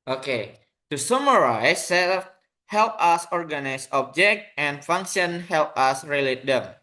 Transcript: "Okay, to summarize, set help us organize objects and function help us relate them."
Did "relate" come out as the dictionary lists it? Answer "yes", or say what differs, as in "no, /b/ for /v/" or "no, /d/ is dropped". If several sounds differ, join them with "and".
yes